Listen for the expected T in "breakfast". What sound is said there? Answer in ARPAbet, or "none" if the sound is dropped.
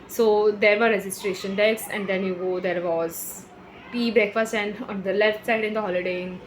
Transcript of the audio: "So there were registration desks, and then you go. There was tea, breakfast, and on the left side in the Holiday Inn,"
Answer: none